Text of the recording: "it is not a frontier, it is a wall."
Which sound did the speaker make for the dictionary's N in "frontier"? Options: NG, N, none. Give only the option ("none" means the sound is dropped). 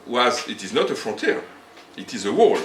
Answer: none